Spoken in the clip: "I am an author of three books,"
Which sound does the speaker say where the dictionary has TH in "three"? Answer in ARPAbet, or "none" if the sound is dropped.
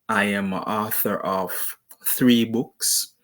TH